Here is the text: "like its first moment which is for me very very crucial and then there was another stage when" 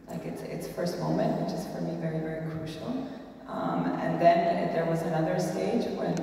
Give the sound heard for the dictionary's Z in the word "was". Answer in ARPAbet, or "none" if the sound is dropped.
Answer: Z